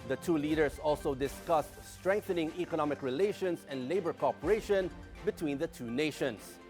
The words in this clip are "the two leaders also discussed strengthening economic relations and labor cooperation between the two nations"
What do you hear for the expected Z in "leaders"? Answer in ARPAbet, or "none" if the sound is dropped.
S